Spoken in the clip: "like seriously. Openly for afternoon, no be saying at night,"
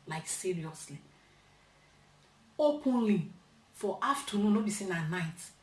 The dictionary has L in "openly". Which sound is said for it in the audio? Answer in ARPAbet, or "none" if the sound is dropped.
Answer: L